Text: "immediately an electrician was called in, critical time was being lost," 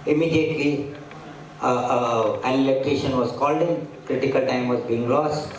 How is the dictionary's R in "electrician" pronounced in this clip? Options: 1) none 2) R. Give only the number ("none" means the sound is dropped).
1